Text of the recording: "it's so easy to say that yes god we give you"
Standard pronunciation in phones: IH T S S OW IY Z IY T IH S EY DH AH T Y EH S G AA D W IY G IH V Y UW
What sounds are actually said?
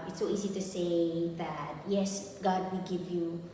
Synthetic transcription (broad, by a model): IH T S S OW IY Z IY T IH S EY DH AH T Y EH S G AA D W IY G IH V Y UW